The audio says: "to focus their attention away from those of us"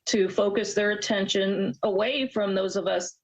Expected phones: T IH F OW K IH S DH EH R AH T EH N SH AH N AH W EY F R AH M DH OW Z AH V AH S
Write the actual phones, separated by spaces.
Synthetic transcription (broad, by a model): T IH F OW K IH S DH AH R AH T EH N SH AH N AH W EY F R AH M DH OW Z AH V AH S